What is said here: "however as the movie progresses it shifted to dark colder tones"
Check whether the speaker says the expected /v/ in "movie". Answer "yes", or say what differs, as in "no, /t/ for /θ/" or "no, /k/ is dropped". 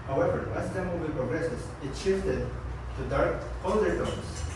no, /b/ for /v/